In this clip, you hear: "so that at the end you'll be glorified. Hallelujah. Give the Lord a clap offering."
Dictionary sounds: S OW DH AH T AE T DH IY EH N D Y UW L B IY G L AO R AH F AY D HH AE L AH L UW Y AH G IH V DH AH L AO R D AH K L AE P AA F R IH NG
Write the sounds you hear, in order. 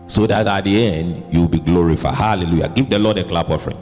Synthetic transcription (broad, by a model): S OW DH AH T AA T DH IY EH N D Y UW W B IY G L AO R AH F AY D HH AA L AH L UW Y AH G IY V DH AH L AO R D AH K L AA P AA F R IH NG